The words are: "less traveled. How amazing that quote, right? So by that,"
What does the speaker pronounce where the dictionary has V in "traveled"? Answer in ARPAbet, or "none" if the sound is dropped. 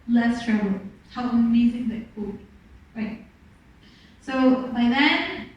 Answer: none